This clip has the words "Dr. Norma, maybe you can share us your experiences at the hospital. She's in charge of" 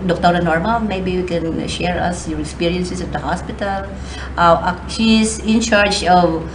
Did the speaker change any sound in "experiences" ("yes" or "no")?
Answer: yes